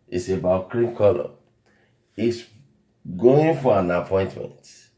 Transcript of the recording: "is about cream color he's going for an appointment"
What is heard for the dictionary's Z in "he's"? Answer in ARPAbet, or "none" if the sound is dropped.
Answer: S